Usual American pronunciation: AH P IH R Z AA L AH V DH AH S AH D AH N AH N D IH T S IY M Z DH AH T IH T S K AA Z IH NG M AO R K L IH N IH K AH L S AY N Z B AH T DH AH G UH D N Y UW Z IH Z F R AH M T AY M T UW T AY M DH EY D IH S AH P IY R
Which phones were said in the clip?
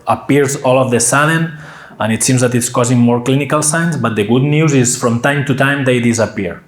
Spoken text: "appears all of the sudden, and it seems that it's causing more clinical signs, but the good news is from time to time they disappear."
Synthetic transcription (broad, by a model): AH P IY R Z AA L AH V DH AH S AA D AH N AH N IH T S IY M Z DH AH T IH T S K AA Z IH NG M AO R K L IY N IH K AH L S AY N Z B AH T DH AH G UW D N Y UW Z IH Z F R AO M T AY M T UW T AY M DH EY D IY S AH P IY R